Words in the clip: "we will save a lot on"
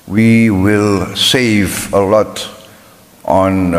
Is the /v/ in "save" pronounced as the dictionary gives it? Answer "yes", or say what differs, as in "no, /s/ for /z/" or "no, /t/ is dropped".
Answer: yes